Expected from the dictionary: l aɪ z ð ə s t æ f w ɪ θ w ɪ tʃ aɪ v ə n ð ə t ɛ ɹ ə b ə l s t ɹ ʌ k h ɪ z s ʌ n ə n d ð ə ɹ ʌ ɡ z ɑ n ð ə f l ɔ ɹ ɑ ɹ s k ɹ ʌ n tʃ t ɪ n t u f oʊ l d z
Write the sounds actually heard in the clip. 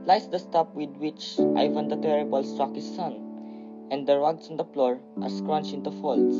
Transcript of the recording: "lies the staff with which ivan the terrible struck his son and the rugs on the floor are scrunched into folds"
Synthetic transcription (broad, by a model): l aɪ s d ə s t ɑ p w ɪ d w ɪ tʃ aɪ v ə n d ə t ɛ ɹ ə b ə l s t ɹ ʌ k h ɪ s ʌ n ə n d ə ɹ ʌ ɡ s ɑ n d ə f l ɔ ɹ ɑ ɹ s k ɹ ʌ n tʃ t ɪ n t u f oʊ l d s